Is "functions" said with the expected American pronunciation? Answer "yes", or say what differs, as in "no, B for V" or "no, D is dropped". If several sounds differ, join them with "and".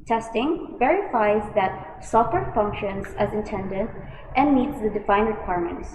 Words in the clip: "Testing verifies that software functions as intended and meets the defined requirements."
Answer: yes